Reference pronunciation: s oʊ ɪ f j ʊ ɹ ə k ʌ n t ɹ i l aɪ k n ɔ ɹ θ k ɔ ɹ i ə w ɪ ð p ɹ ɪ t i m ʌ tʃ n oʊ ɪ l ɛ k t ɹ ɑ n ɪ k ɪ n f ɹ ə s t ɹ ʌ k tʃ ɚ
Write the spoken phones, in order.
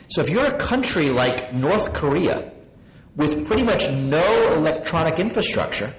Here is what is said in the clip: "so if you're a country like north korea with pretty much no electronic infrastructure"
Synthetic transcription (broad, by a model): s oʊ ɪ f j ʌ ɹ ə k ʌ n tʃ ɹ i l aɪ k n ɔ ɹ θ k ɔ ɹ i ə w ɪ ð p ɹ ɪ t i m ʌ tʃ n oʊ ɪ l ɛ k t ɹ ɑ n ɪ k ɪ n f ɹ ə s t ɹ ʌ k tʃ ɚ